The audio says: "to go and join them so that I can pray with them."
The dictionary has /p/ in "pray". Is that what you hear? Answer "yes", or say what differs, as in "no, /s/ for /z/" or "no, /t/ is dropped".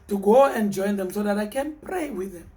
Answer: yes